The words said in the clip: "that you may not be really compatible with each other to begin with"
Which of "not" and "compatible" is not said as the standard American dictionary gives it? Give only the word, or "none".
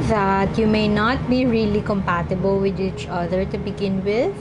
none